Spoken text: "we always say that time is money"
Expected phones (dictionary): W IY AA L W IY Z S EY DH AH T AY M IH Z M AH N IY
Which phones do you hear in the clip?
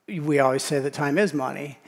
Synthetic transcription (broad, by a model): W IY AA L W IY Z S EY DH AH T AY M IH Z M AH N IY